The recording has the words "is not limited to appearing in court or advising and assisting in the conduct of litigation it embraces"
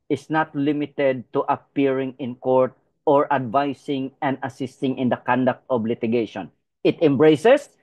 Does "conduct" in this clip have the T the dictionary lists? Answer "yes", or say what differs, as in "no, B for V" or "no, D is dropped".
yes